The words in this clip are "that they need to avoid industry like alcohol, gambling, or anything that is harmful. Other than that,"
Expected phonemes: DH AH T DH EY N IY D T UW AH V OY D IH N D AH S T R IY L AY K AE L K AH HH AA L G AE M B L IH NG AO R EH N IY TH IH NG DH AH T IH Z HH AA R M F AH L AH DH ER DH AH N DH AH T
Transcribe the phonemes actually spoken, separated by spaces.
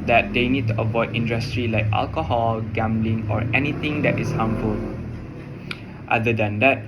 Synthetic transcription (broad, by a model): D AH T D EY N IY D T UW AH V OY D IH N D AH S T R IY L AY K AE L K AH HH AA L G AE M B L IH NG AO R EH N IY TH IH NG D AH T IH S HH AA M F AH L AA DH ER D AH N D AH T